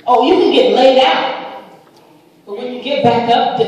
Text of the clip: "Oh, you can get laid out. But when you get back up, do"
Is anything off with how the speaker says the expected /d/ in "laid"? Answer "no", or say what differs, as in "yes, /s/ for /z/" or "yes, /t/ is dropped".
no